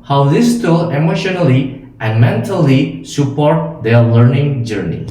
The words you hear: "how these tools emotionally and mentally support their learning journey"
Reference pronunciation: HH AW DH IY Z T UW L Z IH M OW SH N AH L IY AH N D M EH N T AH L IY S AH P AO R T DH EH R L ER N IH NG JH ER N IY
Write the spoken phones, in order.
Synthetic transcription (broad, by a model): HH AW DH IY S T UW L IH M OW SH N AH L IY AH N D M EH N T AH L IY S AH P AO R T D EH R L ER N IH NG JH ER N IY